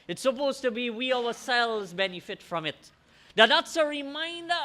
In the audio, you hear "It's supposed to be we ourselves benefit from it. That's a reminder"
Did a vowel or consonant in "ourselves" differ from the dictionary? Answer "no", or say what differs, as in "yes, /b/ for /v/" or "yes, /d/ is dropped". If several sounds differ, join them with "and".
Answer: yes, /v/ is dropped